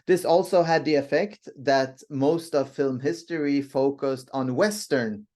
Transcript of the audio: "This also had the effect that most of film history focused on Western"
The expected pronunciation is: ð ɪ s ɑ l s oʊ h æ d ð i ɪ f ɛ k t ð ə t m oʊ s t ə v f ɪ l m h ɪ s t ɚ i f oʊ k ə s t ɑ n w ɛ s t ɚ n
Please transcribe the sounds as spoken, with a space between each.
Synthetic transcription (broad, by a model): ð ɪ s ɑ l s oʊ h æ d ð i ɪ f ɛ k t ð ə t m oʊ s t ə v f ɪ l m h ɪ s t ɚ i f oʊ k ə s t n w ɛ s t ɚ n